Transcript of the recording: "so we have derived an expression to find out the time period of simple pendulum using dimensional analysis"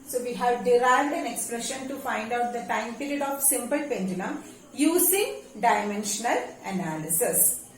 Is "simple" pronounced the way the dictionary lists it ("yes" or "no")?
yes